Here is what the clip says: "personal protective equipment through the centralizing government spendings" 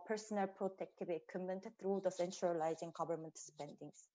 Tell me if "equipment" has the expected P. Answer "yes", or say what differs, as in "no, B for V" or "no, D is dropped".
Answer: no, P is dropped